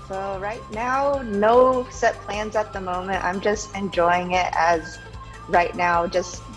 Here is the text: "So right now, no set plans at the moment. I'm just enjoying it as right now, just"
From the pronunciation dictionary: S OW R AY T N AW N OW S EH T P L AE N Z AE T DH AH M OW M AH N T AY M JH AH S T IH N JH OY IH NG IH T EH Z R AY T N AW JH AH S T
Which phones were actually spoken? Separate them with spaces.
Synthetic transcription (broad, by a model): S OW R AY T N AW N OW S EH T P L AE N Z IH T DH AH M OW M AH N T AY M JH AH S T IH N JH OY IH NG IH T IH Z R AY T N AW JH AH S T